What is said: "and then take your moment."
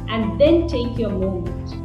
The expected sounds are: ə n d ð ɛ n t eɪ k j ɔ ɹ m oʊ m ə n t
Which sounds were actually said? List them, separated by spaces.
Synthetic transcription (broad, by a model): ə n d ð ɛ n t eɪ k j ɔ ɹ m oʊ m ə n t